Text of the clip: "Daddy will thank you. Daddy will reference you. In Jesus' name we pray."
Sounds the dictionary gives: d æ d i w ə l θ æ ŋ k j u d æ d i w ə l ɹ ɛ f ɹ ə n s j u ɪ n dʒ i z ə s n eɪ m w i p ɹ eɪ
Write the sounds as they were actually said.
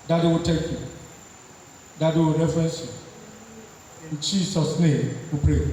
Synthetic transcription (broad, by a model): d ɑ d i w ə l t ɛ k j u d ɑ d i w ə ɹ ɛ f ɹ ə n s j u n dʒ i s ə s n eɪ m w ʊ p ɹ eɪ